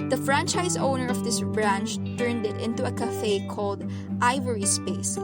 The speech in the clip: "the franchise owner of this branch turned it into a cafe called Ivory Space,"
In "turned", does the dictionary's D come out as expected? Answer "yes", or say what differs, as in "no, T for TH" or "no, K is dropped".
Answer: yes